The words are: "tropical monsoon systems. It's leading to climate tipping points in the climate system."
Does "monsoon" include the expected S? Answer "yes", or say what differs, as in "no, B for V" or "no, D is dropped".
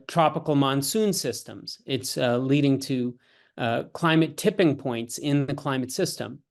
yes